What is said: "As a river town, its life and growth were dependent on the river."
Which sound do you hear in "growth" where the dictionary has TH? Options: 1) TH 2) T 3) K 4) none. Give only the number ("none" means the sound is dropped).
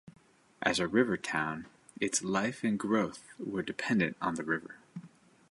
1